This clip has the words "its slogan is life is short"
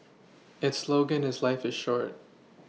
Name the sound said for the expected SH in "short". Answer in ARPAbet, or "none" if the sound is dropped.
SH